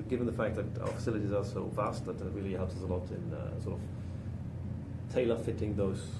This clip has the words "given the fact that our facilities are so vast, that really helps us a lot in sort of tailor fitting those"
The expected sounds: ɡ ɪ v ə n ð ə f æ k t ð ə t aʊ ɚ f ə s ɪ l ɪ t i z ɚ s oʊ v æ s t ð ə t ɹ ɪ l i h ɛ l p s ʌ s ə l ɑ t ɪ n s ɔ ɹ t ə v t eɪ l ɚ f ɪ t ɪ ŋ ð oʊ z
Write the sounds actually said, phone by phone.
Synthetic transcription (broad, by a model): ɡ ɪ v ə n ð ə f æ k ð ə t aʊ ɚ f ə s ɪ l ɪ t i z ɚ s oʊ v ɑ s t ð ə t ɹ ɪ l i h ɛ l p s ʌ s ə l ɑ t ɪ n s ɔ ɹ t ə v t eɪ l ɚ f ɪ t ɪ ŋ ð oʊ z